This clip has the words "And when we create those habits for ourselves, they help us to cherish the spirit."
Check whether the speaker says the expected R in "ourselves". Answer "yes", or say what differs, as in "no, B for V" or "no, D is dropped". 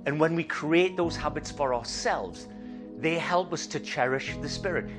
yes